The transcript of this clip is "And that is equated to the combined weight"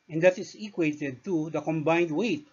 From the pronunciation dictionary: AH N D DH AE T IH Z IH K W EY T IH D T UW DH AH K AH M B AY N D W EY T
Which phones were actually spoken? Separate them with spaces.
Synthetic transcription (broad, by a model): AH N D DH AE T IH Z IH K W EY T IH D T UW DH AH K AH M B AY N D W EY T